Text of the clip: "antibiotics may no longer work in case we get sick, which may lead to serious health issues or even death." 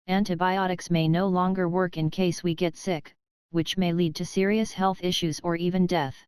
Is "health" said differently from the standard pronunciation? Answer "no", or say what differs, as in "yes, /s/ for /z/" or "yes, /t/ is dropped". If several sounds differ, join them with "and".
no